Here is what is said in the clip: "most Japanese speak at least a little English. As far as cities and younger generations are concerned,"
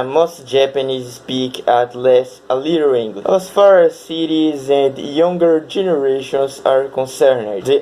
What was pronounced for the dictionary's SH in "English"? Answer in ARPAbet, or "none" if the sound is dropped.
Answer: none